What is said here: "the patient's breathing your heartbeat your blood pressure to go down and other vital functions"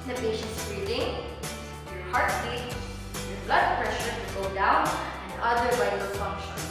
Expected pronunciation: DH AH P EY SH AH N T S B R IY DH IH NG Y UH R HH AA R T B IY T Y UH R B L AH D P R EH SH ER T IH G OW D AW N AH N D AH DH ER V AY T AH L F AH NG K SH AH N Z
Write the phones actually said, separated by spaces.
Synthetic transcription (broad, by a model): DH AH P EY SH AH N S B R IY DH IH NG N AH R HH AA R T IY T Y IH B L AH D P R EH SH ER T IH G OW D AW N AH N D AH DH ER W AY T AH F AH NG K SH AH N